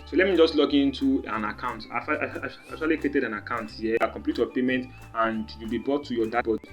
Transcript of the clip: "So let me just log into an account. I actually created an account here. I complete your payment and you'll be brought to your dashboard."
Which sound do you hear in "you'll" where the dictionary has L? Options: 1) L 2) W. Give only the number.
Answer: 1